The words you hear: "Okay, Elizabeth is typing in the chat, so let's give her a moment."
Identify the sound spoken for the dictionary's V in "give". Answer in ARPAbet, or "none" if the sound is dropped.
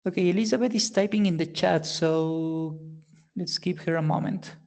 P